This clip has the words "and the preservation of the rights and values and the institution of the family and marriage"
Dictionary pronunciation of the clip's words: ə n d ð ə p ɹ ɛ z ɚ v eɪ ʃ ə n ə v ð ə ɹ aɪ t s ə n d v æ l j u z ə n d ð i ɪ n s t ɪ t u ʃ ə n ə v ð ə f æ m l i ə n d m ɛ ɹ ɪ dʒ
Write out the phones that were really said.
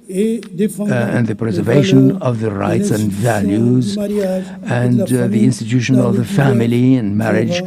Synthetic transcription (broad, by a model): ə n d ð ə p ɹ ɛ z ɚ v eɪ ʃ ə n ə v ð ə ɹ aɪ t s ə n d v æ l j u z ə n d ð i ɪ n s t ɪ t u ʃ ə n ə v ð ə f æ m l i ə n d m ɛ ɹ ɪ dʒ